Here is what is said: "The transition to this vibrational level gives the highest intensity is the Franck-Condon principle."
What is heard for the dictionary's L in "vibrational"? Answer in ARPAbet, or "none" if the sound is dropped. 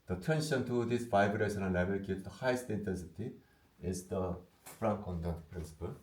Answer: N